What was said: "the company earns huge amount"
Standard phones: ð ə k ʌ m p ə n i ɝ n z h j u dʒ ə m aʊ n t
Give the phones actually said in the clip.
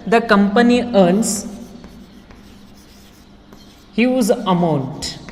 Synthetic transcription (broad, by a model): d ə k ʌ m p ə n i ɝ n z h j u z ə m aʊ n t